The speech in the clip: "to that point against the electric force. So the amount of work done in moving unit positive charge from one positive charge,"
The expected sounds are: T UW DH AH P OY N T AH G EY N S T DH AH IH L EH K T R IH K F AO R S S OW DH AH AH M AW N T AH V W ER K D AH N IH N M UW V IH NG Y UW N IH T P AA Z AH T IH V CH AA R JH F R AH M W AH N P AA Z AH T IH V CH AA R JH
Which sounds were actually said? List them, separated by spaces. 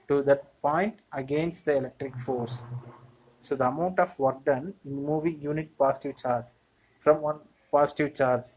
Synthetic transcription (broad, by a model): T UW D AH P OY N T AH G EY N S T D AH IH L EH K T R IH K F AO R S S OW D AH AH M AW N T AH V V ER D D AH N IH N M UW V IH NG Y UW N IH T P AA S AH T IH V CH AA R JH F R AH M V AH N P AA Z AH T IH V CH AA R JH